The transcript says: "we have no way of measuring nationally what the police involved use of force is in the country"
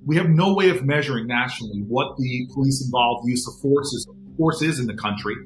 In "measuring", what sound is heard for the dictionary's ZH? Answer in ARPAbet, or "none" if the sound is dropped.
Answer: ZH